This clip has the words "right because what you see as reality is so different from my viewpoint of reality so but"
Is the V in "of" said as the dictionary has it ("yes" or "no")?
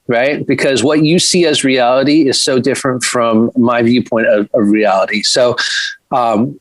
yes